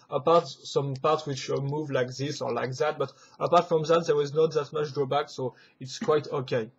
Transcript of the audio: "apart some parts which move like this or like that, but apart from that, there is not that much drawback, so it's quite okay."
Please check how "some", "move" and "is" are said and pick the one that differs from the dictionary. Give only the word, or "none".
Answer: none